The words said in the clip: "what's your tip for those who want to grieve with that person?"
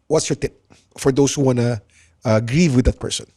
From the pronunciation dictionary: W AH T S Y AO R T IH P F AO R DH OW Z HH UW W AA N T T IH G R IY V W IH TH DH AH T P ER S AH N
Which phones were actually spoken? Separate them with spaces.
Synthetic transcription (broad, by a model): W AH T S Y AO R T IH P F AO R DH OW S HH UW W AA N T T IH G R IY V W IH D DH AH T P ER S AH N